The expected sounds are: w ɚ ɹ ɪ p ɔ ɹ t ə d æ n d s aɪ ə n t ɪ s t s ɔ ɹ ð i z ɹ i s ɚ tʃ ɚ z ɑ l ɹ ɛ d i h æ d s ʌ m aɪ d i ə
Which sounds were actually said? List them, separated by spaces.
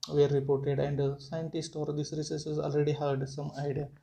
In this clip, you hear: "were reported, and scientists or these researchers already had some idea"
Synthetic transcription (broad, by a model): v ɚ ɹ ɪ p ɔ ɹ t ə d æ n d s aɪ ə n t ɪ s t ɔ ɹ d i s ɹ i s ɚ s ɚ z ɑ l ɹ ɛ d i h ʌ d s ʌ m aɪ d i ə